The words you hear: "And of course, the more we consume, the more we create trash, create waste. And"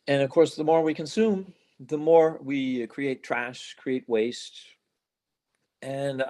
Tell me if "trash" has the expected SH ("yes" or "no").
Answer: yes